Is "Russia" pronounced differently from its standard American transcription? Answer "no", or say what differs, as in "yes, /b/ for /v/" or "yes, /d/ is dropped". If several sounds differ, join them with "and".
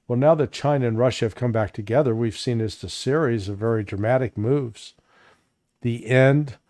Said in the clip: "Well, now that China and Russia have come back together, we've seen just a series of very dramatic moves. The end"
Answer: no